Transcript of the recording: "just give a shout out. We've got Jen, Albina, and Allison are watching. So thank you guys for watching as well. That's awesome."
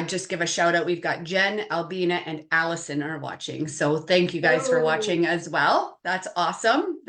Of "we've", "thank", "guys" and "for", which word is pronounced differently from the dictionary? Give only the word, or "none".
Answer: none